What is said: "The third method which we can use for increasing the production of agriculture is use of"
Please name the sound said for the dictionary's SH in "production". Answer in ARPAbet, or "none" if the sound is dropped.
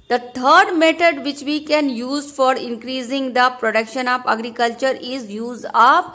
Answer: SH